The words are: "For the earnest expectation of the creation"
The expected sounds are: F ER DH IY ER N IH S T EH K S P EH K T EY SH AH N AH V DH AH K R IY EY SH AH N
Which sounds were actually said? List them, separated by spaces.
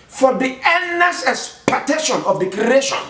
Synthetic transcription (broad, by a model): F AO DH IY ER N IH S EH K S P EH T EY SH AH N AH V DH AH K R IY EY SH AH N